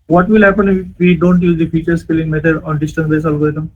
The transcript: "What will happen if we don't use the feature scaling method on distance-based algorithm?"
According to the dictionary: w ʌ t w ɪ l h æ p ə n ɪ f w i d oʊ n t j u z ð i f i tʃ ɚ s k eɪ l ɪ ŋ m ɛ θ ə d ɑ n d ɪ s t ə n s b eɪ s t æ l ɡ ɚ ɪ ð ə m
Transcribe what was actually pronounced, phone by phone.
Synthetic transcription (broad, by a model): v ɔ t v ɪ l h æ p ə n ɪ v i d oʊ n t j u z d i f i tʃ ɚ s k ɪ l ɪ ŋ m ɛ t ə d ɑ n d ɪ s t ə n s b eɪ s ɔ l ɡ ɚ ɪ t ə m